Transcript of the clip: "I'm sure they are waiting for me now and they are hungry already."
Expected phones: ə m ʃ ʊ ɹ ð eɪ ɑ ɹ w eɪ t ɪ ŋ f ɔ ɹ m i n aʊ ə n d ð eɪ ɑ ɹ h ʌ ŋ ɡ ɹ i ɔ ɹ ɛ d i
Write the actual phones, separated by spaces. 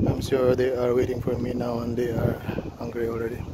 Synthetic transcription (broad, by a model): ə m s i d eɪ ɑ ɹ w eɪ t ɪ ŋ f ɔ ɹ m i n aʊ ə n d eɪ ɑ ɹ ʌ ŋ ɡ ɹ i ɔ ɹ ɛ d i